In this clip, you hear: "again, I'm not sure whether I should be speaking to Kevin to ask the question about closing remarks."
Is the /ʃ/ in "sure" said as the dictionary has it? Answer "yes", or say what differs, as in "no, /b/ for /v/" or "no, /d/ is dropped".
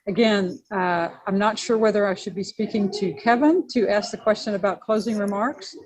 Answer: yes